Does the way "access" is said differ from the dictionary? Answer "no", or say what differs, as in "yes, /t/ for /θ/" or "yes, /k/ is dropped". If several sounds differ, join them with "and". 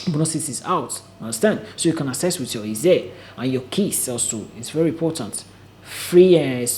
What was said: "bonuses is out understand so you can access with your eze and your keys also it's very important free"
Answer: yes, /k/ is dropped